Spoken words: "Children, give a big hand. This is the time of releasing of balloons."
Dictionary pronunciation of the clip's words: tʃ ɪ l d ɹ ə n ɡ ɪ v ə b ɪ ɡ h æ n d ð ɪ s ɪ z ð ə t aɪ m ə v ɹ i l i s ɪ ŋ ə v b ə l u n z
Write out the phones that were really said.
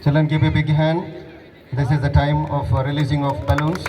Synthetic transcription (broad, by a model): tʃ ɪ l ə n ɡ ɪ p ə b ɪ ɡ h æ n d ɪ s ɪ z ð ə t aɪ m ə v ɹ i l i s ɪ ŋ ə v b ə l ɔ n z